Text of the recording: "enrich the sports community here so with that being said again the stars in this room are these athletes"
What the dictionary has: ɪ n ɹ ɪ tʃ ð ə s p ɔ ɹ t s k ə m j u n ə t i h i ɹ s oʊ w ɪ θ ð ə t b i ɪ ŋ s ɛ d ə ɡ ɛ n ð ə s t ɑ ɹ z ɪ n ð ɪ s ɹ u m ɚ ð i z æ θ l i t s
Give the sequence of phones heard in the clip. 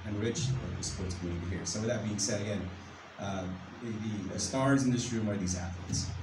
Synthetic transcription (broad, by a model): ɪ n ɹ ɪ tʃ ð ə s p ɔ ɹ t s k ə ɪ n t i h i ɹ s oʊ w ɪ ð ə t b i ɪ ŋ s ɛ d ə ɡ ɛ n ð ə s t ɑ ɹ z ɪ n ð ɪ s ɹ u m ɚ ð i z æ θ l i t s